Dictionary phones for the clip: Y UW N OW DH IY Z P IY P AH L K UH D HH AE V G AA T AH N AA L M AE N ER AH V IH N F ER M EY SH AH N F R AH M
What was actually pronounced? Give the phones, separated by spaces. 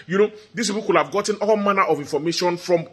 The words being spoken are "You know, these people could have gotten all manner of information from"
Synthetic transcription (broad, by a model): Y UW N OW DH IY S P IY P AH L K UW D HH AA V G AA T AH N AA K M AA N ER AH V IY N F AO M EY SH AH N F R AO M